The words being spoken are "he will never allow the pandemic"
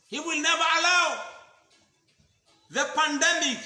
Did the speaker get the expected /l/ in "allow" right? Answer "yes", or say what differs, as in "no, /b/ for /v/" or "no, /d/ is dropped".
yes